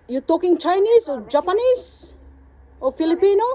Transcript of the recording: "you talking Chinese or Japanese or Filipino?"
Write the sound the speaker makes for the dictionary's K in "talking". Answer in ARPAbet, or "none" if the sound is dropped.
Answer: K